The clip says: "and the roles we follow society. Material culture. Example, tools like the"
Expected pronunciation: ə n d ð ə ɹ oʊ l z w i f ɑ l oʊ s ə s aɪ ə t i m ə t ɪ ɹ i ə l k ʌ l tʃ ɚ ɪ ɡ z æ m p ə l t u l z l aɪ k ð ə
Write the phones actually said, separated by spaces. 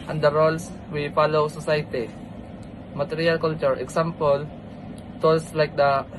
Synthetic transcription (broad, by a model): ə n d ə ɹ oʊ l s w i f ɑ l oʊ s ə s aɪ t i m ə t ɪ ɹ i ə l k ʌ l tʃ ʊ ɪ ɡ s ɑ m p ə l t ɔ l s l aɪ k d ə